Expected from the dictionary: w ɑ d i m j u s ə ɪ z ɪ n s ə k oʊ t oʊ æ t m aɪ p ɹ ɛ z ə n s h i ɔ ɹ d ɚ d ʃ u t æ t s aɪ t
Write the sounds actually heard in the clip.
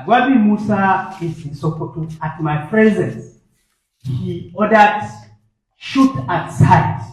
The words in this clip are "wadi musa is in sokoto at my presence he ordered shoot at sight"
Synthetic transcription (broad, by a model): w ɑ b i m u s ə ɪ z ɪ n s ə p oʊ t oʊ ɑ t m aɪ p ɹ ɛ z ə n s h i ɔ d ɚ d ʃ u t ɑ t s aɪ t